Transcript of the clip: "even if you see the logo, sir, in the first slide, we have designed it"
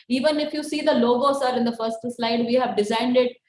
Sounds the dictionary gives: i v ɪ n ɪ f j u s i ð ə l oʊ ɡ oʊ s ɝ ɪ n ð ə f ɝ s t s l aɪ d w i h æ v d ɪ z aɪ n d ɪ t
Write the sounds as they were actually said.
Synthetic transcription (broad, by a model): i v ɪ n ɪ f j u s i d ə l oʊ ɡ oʊ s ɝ ɪ n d ə f ɝ s t s l aɪ d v i h æ v d ɪ z aɪ n d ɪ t